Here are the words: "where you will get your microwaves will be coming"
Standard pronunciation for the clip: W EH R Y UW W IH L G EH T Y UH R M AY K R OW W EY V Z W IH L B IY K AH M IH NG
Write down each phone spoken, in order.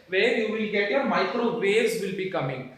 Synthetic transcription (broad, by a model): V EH R Y UW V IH L G EH T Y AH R M AY K R OW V EY Z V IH L B IY K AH M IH NG